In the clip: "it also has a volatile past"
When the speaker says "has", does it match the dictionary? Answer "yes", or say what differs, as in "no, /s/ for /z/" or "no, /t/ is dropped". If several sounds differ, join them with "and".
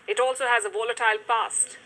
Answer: yes